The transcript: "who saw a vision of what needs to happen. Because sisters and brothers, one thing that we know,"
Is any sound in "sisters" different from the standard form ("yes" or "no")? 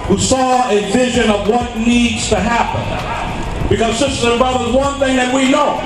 yes